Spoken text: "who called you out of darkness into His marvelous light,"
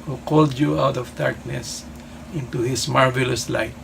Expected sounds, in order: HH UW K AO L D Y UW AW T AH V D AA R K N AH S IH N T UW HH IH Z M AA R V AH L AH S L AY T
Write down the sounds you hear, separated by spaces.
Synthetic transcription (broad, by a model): HH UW K AO L D Y UW AW T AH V D AA R K N AH S IH N T UW HH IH S M AA R V AH L AH S L AY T